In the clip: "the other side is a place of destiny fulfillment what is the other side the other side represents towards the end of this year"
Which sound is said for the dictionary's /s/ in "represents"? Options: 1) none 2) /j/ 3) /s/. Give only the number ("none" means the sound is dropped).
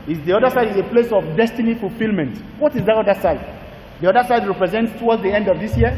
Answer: 3